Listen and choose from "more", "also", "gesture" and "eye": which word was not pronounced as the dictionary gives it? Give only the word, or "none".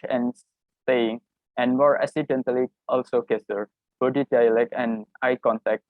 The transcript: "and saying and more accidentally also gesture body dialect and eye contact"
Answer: gesture